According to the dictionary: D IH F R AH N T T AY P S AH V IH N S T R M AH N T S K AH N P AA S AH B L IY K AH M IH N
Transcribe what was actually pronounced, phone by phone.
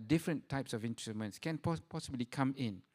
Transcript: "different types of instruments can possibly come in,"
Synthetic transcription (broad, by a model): D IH F R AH N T T AY P S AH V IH N T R M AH N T S K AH N P AA S AH B L IY K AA M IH N